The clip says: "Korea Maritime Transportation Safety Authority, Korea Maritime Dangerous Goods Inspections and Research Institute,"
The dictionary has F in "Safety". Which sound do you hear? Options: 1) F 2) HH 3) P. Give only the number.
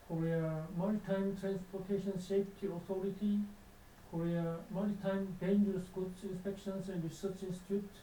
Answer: 3